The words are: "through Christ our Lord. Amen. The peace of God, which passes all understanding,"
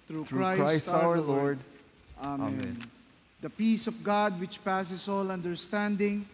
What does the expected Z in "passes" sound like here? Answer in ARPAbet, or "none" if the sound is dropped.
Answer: S